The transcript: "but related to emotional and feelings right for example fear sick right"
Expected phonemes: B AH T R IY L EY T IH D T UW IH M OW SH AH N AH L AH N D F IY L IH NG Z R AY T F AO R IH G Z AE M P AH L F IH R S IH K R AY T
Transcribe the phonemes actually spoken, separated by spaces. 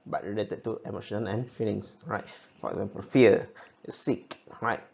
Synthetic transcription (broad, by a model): B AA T R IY L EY T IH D T UW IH M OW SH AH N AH N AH N F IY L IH NG S R AY T F AO R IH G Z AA M P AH L F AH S S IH K R AY T